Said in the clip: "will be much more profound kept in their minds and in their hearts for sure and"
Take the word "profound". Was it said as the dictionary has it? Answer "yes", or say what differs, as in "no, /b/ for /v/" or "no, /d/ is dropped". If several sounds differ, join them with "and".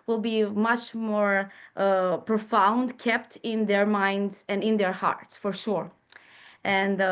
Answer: yes